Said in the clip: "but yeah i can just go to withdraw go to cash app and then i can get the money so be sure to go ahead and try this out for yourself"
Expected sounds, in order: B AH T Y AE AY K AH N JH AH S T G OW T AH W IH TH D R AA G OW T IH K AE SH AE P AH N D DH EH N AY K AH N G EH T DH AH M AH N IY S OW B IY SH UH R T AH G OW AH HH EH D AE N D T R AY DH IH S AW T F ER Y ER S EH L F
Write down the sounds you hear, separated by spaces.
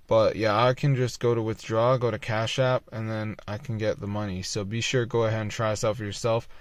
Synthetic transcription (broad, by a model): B AH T Y AE AY K AH N JH AH S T G OW T AH W IH TH D R AA G OW T IH K AE SH AE P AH N DH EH N AY K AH N G EH T DH AH M AH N IY S OW B IY SH UH R G OW AH HH EH D N T R AY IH S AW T F ER Y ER S EH L F